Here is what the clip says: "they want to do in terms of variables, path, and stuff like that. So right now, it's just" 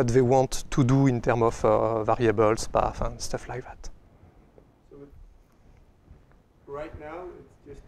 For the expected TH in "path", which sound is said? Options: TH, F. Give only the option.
F